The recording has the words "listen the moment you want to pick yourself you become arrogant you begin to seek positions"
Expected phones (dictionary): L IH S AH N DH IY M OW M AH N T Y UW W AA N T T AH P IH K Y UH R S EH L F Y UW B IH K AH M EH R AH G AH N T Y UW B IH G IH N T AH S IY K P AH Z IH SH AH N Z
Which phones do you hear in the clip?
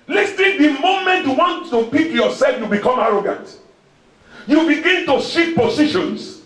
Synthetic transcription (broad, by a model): L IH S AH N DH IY M OW M AH N T Y UW W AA N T T AH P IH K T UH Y S EH L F Y UW B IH K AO M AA R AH G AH N T Y UW B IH G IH N T AH SH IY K P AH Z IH SH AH N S